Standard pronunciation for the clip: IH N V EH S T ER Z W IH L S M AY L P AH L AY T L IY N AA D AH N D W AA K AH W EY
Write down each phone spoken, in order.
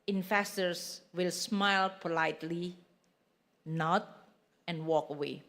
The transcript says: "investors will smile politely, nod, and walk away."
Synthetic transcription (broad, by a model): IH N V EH S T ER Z W IH L S M AY L P AH L AY T L IY N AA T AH N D W AA K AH W EY